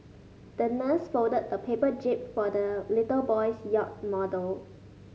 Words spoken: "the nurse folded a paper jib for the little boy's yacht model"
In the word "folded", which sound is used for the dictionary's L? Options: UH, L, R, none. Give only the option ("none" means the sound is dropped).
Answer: none